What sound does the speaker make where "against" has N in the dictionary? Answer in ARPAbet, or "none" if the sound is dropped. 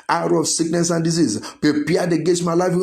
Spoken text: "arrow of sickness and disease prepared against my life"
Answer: none